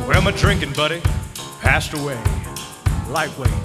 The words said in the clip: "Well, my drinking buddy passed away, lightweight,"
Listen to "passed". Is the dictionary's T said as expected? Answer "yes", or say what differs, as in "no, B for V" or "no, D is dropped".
yes